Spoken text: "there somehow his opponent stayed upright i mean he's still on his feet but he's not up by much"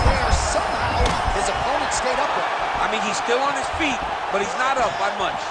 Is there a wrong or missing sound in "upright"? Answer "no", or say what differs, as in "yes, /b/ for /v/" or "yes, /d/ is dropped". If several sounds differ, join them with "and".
yes, /w/ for /ɹ/